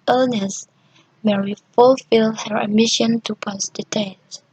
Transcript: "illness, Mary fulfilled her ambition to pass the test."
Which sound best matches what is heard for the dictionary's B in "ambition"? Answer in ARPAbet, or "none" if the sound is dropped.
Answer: none